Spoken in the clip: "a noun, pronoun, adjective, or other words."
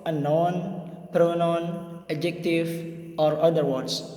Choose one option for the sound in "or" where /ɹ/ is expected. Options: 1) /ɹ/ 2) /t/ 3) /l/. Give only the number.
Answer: 1